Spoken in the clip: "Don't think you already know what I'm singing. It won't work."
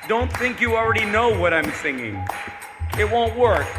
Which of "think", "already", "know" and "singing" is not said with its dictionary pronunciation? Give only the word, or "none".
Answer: none